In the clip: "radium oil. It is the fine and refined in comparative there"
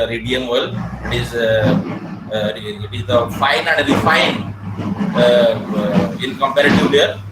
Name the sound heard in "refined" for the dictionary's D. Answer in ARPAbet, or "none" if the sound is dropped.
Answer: none